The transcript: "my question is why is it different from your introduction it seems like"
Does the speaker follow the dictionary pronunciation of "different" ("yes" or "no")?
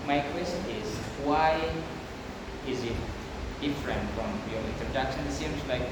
yes